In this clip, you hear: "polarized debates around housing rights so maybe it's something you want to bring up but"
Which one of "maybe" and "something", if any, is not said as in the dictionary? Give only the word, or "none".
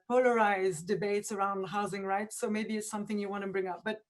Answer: none